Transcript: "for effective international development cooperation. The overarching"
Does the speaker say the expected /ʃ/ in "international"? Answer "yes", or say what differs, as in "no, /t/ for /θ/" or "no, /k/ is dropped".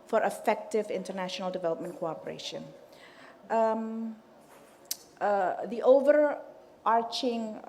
yes